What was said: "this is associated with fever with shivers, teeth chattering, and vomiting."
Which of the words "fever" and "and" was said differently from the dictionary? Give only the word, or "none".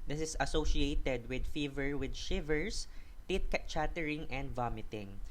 none